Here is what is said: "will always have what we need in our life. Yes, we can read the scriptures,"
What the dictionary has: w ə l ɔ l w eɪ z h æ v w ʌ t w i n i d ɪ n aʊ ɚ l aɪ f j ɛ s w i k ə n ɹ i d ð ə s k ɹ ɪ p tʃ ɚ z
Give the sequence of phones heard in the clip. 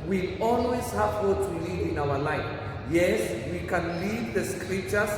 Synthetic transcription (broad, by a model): w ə ɔ l w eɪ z h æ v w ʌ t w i l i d ɪ n aʊ ɚ l aɪ f j ɛ s w i k ə n l i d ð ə s k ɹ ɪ p tʃ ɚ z